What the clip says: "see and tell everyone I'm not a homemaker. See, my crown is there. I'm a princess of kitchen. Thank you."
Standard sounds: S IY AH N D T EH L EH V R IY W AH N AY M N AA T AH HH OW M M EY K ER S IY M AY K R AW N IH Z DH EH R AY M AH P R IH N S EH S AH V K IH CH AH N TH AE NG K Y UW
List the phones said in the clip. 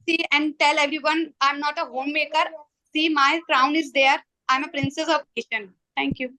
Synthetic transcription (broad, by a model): S IY AH N D T EH L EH V R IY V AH N AY M N AA T AH HH OW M M EY K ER S IY M AY K R AW N IH Z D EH R AY M AH P R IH N S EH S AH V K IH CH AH N T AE NG K Y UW